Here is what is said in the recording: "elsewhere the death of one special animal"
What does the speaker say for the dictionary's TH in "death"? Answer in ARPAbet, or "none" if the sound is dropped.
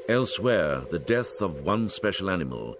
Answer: TH